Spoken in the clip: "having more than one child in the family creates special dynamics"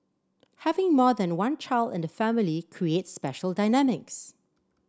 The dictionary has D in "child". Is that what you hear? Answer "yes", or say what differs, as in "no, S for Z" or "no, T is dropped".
yes